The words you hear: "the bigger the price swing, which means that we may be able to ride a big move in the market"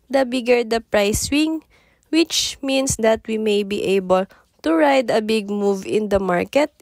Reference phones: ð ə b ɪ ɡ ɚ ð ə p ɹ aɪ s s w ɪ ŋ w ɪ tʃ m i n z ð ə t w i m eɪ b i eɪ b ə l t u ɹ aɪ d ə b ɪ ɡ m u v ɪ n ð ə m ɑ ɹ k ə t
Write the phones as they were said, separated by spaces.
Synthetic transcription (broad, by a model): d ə b ɪ ɡ ɚ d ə p ɹ aɪ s s w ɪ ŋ w ɪ tʃ m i n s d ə t w i m eɪ b i eɪ b ə l t u ɹ aɪ d ə b ɪ ɡ m u v ɪ n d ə m ɑ ɹ k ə t